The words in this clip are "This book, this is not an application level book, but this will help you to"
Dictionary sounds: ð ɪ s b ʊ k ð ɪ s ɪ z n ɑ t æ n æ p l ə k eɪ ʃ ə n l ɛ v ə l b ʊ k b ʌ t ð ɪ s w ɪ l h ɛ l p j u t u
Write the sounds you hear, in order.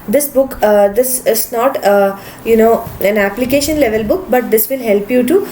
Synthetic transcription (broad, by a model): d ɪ s b ʊ k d ɪ s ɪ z n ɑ t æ n æ p l ə k eɪ ʃ ə n l ɛ v ə l b ʊ k b ʌ t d ɪ s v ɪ l h ɛ l p j u t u